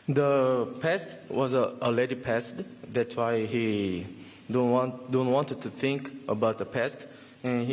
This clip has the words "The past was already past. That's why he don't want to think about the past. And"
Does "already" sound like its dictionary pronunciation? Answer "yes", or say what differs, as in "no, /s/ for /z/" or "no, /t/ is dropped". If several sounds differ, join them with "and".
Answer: no, /ɹ/ is dropped